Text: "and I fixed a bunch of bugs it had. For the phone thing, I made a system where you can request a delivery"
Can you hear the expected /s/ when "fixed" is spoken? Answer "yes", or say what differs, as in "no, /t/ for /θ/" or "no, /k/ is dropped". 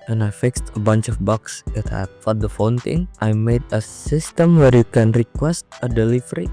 yes